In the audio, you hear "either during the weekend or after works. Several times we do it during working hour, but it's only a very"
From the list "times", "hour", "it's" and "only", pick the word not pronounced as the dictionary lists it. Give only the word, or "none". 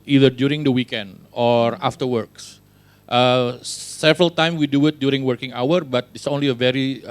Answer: times